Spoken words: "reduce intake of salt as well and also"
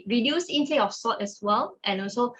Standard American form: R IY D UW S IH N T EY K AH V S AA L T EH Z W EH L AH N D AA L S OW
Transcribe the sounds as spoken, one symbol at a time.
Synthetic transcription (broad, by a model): R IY D UW S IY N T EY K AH F S AA T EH S W EH L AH N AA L S OW